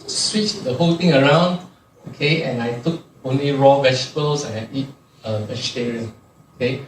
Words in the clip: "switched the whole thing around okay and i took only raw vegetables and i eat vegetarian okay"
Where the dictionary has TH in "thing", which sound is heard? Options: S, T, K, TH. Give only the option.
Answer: T